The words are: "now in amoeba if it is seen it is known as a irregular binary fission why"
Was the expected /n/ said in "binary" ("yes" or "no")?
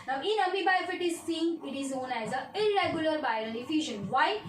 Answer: no